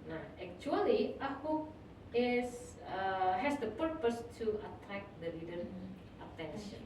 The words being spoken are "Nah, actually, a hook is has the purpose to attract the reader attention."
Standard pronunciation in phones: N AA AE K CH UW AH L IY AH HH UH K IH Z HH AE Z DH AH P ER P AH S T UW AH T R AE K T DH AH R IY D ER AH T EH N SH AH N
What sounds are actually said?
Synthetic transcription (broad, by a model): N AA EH K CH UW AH L IY AH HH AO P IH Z HH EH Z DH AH P ER P AH S T UW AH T AE K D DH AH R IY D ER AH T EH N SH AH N